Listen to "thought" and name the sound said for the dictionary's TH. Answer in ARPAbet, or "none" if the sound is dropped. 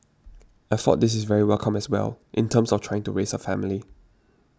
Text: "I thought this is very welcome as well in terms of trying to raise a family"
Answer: F